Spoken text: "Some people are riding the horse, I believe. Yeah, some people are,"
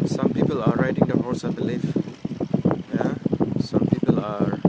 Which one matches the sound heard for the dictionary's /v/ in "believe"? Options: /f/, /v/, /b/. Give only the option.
/f/